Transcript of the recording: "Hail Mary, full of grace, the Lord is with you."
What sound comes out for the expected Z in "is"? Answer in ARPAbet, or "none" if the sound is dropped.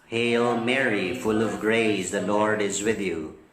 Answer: Z